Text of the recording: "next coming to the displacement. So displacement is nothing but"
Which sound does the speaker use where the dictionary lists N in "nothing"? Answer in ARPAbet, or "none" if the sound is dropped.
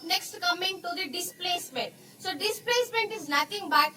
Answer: L